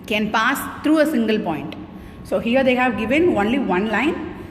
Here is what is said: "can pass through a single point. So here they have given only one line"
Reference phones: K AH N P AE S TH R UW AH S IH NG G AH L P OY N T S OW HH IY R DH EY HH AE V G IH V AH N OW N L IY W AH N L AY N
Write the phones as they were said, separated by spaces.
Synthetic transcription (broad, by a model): K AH N P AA S T R UW AH S IH NG G AH L P OY N T S OW HH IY R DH EY HH AE V G IH V AH N OW N L IY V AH N L AY N